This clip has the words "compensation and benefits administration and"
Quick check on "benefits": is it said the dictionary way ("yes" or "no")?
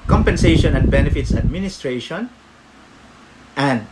yes